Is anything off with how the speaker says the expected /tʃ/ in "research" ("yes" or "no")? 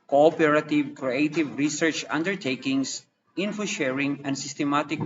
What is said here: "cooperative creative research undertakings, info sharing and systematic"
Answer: no